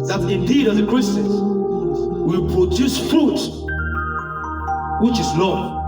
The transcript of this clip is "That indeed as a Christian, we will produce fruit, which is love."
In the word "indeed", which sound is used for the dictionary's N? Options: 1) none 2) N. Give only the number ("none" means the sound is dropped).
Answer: 2